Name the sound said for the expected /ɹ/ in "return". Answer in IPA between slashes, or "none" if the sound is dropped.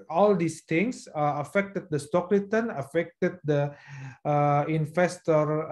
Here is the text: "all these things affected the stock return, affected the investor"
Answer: /l/